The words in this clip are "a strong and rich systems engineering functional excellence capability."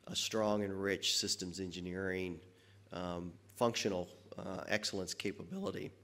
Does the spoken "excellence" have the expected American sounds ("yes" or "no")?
yes